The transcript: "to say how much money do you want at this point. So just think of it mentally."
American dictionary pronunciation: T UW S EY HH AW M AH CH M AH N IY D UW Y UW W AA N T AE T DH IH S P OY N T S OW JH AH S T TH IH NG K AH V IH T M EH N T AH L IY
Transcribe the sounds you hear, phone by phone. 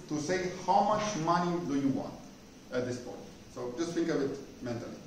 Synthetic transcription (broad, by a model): T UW S EY HH AW M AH CH M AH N IY D UW Y UW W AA N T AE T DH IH S P OY N T S OW JH AH S T F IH NG K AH B IH T M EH N T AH L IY